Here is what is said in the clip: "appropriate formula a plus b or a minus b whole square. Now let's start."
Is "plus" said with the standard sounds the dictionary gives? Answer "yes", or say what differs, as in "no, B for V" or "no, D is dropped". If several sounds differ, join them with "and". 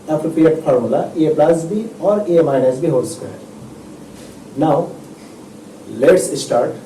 yes